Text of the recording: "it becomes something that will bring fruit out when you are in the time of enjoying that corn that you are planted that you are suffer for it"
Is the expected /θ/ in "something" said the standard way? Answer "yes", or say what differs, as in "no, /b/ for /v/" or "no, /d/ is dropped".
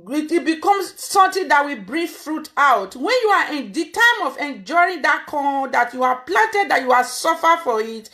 no, /t/ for /θ/